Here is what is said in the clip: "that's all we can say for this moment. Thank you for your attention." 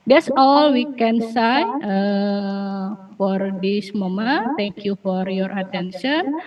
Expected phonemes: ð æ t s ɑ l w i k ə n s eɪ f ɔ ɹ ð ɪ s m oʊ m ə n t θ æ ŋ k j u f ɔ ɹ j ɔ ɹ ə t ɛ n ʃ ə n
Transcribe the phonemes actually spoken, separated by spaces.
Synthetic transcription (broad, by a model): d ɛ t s ɑ l w i k ə n s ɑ f ɔ ɹ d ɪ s m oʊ m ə t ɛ ŋ k j u f ɔ ɹ j ɔ ɹ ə t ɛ n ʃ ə n